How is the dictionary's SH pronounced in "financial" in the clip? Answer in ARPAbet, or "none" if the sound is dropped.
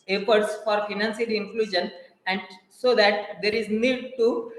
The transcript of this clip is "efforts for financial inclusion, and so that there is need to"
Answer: S